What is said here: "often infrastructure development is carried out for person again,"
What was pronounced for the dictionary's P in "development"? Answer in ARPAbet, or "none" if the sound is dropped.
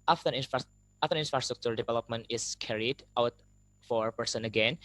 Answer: P